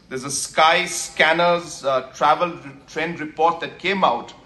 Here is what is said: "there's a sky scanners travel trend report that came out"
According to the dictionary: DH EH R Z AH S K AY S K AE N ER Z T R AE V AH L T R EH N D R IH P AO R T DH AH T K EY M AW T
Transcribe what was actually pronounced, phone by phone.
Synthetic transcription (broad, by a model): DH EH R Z AH S K AY S K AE N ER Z T R AE V AH L T R EH N D R IH P AO R T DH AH T K EY M AW T